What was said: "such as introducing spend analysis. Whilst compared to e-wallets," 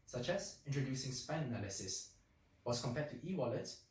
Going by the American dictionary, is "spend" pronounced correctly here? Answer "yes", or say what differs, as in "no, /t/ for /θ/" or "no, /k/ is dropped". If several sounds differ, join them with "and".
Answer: no, /d/ is dropped